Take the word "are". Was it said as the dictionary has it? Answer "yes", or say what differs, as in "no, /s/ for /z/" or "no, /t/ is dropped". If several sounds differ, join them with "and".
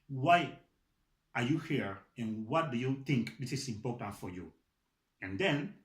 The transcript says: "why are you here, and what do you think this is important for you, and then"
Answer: yes